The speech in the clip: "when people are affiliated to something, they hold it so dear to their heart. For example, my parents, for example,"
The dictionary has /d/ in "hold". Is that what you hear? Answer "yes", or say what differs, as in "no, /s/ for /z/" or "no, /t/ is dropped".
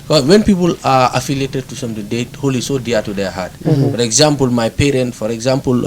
no, /d/ is dropped